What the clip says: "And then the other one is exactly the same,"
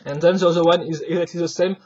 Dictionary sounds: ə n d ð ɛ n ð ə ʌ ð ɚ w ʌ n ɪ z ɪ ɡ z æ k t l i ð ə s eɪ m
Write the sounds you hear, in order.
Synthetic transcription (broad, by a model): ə n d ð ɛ n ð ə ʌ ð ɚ w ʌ n ɪ z ɪ ɡ z æ k t l i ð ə s eɪ m